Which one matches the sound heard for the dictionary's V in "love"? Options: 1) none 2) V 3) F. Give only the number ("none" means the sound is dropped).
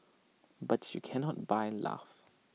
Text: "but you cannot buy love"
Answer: 3